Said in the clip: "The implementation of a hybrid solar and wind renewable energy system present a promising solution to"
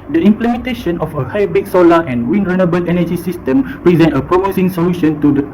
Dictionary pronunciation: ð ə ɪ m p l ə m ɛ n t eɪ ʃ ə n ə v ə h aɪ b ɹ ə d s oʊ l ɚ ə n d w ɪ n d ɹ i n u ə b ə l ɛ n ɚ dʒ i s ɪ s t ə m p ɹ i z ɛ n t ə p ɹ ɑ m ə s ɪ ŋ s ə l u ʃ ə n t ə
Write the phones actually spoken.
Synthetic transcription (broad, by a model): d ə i m p l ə m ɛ n t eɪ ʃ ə n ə f ə h aɪ b ə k s oʊ l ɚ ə n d w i n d ɹ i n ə b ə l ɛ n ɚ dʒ i s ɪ s t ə m p ɹ i z ɛ n t ə p ɹ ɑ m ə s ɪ ŋ s ə l u ʃ ə n t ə